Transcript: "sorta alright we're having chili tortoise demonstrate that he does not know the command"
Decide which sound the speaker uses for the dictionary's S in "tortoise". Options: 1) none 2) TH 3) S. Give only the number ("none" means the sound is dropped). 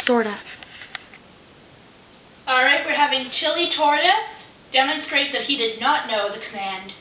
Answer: 1